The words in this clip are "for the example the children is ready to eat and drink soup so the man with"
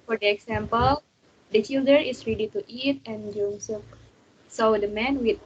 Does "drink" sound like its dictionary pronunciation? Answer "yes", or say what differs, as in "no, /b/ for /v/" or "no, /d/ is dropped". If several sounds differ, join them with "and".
no, /ɹ/ is dropped